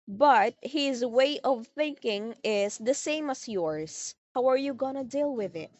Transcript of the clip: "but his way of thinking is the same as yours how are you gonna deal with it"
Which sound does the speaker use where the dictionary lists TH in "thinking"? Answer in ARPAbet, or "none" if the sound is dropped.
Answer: TH